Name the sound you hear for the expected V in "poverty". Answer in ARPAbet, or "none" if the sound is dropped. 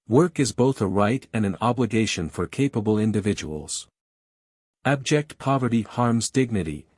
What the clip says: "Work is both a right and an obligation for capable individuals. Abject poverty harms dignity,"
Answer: V